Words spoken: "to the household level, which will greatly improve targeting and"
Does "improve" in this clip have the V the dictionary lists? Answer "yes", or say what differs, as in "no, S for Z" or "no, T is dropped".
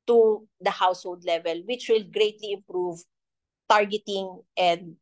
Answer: yes